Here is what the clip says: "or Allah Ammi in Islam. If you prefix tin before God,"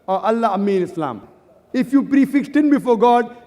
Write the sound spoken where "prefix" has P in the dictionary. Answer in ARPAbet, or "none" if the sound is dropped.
P